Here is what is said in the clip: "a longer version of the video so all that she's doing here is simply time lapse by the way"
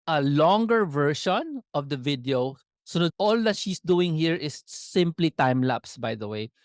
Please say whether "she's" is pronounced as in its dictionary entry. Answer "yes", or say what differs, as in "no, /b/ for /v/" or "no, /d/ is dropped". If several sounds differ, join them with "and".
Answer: no, /s/ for /z/